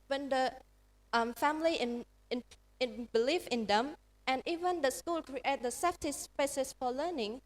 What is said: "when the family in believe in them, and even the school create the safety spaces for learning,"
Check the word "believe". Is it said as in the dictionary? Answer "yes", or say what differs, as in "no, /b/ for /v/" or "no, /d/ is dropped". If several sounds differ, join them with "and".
no, /f/ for /v/